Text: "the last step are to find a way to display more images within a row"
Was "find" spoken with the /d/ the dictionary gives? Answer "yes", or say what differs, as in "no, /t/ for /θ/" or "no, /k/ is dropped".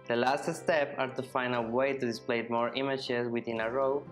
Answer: no, /d/ is dropped